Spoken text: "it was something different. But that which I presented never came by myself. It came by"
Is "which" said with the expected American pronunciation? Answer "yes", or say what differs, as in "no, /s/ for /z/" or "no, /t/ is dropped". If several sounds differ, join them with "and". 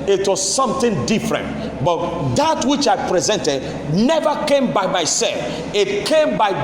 yes